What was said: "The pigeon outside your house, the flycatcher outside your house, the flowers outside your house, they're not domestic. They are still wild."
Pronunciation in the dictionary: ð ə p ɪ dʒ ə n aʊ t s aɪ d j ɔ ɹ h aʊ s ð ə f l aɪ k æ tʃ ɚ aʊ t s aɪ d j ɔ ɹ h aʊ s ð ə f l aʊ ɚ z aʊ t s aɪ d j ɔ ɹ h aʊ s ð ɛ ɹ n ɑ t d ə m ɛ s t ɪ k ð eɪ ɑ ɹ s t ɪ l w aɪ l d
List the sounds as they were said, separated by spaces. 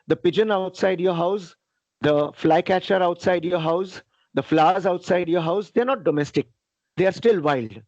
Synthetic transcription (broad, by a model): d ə p ɪ dʒ ə n aʊ t s aɪ d j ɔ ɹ h aʊ s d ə f l aɪ k æ tʃ ɚ aʊ t s aɪ d j ɔ ɹ h aʊ s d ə f l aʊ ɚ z aʊ t s aɪ d j ɔ ɹ h aʊ s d ɛ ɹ n ɑ t d ə m ɛ s t ɪ k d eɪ ɑ ɹ s t ɪ l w aɪ l d